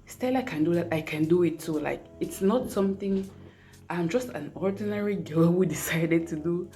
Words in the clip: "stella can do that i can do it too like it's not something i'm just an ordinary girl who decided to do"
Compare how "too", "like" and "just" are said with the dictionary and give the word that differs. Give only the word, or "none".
too